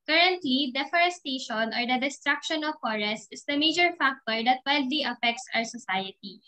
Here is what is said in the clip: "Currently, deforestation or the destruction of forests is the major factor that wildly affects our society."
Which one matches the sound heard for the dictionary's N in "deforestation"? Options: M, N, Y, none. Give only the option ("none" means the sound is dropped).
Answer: N